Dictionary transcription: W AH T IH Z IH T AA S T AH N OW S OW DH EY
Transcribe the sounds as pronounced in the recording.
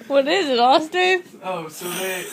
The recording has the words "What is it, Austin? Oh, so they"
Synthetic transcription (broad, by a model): W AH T IH Z IH T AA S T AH OW S OW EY